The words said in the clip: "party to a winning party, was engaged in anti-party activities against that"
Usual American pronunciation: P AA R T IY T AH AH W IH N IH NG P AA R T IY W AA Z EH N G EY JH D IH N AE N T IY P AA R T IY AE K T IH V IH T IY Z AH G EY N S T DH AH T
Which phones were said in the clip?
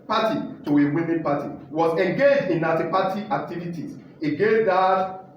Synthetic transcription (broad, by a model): P AA T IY T AH AH W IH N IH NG P AA T IY W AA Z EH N G EY JH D IH N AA T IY P AA T IY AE K T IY V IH T IY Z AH G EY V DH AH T